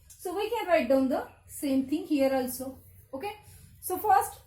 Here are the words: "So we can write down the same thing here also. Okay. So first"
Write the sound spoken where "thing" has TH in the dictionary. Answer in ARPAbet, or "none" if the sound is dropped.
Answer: T